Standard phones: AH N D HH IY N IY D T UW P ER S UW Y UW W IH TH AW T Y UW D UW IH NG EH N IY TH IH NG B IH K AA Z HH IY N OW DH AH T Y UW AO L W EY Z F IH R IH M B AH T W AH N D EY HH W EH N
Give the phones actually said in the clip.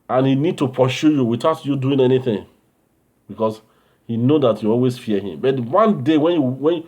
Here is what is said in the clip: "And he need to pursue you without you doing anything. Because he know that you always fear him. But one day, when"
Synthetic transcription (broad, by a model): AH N HH IY N IY D T UW P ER SH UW Y UW W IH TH AW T Y UW D UW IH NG EH N IY TH IH NG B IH K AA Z HH IY N OW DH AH T Y UW AO L W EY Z F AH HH IH M B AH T W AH N D EY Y W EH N